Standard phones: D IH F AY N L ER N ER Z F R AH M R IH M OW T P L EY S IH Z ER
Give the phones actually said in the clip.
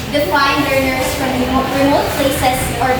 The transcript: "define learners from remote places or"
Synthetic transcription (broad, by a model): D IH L AY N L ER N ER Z F R AH M R IH M OW T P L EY S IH S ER